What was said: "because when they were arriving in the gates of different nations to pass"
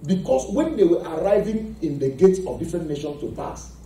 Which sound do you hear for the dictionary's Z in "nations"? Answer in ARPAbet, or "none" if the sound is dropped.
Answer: S